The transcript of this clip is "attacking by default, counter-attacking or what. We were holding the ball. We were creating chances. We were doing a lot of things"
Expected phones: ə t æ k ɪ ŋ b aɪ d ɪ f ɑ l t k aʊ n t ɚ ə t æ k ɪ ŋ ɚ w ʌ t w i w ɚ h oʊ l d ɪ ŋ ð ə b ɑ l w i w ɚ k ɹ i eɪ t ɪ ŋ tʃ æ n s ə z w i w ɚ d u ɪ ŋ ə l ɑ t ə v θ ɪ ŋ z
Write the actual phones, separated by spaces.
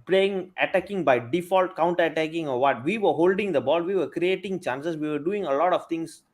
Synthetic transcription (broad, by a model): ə t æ k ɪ ŋ b aɪ d ɪ f ɑ l t k aʊ n t ɚ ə t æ k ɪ ŋ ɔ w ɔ t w i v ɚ h oʊ l d ɪ ŋ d ə b ɑ l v i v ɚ k ɹ i eɪ t ɪ ŋ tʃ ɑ n s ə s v i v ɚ d u ɪ ŋ ə l ɑ t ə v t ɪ ŋ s